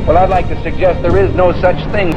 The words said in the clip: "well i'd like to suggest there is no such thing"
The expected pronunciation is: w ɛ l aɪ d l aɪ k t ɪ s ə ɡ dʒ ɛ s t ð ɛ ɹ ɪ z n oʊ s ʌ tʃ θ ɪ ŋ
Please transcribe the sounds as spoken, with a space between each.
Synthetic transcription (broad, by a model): w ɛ l aɪ d l aɪ k t ɪ s ə ɡ dʒ ɛ s t ð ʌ ɹ ɪ z n oʊ s ʌ tʃ θ ɪ ŋ